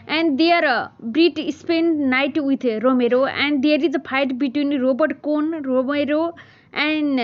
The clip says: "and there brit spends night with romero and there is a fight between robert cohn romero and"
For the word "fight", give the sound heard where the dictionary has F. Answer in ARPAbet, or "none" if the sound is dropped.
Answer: P